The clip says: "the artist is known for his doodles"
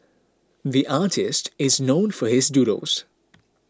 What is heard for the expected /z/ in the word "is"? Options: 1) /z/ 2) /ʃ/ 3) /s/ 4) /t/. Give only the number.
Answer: 1